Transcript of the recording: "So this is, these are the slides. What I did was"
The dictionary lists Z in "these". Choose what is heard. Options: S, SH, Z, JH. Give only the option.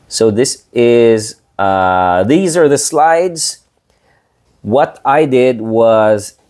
Z